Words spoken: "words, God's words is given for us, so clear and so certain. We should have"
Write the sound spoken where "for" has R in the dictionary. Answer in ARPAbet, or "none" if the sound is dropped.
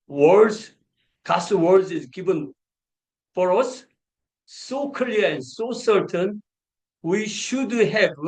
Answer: R